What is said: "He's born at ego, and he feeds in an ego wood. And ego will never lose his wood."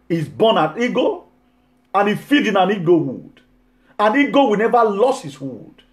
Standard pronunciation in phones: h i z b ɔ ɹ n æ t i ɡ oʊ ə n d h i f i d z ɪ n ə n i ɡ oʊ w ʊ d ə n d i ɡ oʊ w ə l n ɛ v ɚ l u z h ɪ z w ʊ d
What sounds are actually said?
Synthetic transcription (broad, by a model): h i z b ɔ n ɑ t i ɡ oʊ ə n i f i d ɪ n ə n i ɡ oʊ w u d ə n i ɡ oʊ w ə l n ɛ v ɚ l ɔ s h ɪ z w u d